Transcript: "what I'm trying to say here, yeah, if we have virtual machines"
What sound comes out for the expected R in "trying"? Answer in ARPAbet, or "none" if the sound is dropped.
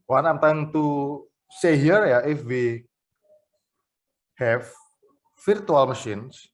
none